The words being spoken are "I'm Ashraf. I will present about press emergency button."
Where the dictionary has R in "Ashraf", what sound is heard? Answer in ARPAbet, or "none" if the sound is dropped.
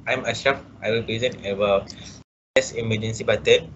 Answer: none